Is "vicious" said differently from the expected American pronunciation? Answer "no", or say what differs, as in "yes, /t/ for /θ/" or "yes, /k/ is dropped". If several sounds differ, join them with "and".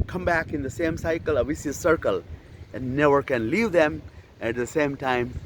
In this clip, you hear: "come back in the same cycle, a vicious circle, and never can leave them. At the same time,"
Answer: yes, /s/ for /ʃ/